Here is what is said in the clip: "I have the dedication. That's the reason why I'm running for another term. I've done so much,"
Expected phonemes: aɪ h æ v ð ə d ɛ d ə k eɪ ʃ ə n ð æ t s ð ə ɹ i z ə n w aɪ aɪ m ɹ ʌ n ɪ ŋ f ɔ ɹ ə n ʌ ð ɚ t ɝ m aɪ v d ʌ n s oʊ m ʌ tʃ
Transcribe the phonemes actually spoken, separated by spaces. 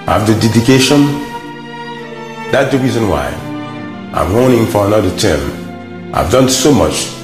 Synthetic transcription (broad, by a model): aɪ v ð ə d ɛ d ə k eɪ ʃ ə n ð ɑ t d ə ɹ i z ə n w aɪ aɪ m w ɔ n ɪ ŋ f ɔ ɹ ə n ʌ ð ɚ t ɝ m aɪ v d ʌ n s oʊ m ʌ tʃ